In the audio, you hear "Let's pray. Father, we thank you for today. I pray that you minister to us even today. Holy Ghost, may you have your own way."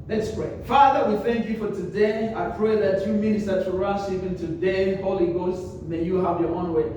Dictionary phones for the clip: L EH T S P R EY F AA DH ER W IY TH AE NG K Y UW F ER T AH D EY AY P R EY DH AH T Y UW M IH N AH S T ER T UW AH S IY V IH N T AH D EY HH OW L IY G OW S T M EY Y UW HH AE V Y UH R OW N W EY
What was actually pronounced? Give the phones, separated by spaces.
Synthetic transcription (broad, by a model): L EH T S P R EY F AA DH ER W IY TH AE NG K Y UW F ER T AH D EY AY P R EY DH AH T Y UW M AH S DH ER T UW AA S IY P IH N T AH D EY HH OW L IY G OW S T M EY Y UW HH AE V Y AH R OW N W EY